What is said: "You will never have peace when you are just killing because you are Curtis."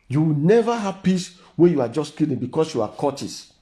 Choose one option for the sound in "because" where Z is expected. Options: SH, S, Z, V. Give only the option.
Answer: S